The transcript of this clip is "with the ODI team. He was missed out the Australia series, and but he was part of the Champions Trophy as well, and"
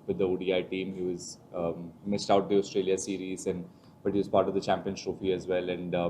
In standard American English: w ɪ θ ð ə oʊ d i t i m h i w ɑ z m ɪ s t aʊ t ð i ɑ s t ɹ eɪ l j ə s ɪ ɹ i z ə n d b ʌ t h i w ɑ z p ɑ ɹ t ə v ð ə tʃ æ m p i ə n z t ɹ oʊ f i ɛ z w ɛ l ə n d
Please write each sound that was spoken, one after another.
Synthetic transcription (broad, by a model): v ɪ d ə oʊ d i t i m h i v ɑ z m ɪ s t aʊ t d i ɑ s t ɹ eɪ l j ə s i ɹ i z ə n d b ʌ t h i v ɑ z p ɑ ɹ t ə v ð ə tʃ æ m p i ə n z t ɹ oʊ f i ɛ z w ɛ l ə n d